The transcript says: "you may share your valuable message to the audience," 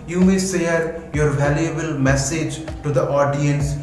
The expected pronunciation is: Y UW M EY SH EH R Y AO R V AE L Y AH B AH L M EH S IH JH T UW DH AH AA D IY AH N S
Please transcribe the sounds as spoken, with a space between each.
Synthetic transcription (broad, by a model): Y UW M EY S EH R Y AO R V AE L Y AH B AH L M EH S IH JH T UW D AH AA D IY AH N S